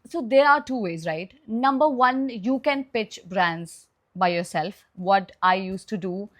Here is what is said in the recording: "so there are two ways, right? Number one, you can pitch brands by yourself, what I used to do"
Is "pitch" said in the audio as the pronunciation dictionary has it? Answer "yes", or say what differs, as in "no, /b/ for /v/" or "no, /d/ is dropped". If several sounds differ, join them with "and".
yes